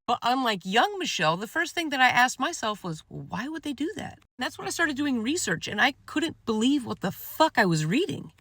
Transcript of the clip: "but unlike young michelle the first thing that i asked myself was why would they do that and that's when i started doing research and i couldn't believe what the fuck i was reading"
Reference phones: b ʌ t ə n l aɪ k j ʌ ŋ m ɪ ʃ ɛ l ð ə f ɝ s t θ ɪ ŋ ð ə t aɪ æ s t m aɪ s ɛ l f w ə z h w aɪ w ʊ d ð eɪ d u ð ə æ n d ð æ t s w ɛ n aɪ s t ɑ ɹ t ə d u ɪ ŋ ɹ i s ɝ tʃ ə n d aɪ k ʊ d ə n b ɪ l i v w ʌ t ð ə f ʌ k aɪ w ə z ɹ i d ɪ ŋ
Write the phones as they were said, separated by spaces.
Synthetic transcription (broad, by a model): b ʌ t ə n l aɪ k j ʌ ŋ m ɪ ʃ ɛ l ð ə f ɝ s t θ ɪ ŋ ð ə t aɪ æ s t m aɪ s ɛ l f w ə z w w aɪ w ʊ d ð eɪ d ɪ ð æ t ð æ t s w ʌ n aɪ s t ɑ ɹ t ə d u ɪ ŋ ɹ i s ɝ tʃ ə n aɪ k ʊ d n b ɪ l i v w ʌ t ð ə f ʌ k aɪ w ə z ɹ i d ɪ ŋ